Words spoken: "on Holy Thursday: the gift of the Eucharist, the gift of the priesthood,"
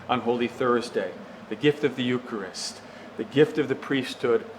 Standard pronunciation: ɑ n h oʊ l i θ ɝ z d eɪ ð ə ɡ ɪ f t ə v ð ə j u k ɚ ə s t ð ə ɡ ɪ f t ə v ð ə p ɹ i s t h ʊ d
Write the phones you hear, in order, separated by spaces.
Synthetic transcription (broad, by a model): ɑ n h oʊ l i θ ɝ z d eɪ ð ə ɡ ɪ f t ə v ð ə j u k ɚ ə s t ð ə ɡ ɪ f t ə v ð ə p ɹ i s t h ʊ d